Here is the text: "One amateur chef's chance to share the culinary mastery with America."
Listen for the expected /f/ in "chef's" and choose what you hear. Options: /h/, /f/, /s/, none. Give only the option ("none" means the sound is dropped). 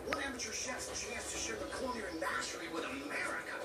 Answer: none